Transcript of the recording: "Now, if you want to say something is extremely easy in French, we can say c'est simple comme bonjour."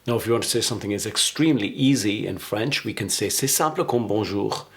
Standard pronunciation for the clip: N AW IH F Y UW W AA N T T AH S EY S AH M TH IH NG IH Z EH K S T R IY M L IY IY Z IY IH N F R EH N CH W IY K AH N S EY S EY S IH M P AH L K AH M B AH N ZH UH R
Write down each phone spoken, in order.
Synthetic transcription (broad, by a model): N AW IH F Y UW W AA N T T AH S EY S AH M TH IH NG IH Z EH K S T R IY M L IY IY Z IY IH N F R EH N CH W IY K AH N S EY S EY S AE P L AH K AH M B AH ZH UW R